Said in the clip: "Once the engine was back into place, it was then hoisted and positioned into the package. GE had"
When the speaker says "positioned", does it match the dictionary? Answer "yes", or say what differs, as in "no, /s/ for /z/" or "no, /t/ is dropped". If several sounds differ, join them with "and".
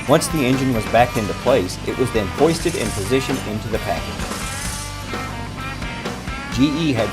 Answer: no, /d/ is dropped